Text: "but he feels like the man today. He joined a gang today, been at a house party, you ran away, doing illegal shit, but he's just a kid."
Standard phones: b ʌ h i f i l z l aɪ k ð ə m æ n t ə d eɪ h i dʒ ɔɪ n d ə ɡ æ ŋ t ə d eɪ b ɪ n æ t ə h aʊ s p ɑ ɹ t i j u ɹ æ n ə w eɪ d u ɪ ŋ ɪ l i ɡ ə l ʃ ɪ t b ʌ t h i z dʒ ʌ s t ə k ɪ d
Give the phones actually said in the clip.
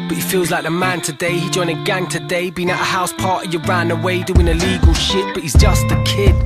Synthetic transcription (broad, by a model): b ʌ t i f i l z l aɪ k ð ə m æ n t ə d eɪ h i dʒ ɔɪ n ə ɡ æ ŋ t ə d eɪ b ɪ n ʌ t ə h aʊ s p ɑ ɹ t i j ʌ ɹ æ n ə w eɪ d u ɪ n ɪ l i ɡ ə l ʃ ɪ t b ʌ t h i z dʒ ʌ s t ə k ɪ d